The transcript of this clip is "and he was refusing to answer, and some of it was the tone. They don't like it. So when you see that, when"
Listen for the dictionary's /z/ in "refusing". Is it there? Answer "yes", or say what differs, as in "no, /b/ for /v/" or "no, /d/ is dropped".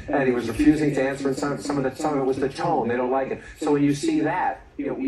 yes